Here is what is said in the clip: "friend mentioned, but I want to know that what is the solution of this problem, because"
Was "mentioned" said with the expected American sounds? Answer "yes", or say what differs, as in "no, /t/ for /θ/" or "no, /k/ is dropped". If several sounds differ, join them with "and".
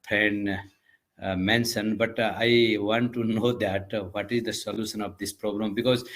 no, /s/ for /ʃ/